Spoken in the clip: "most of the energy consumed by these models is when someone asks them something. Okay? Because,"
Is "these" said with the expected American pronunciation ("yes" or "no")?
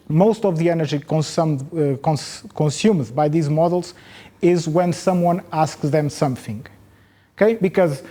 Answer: yes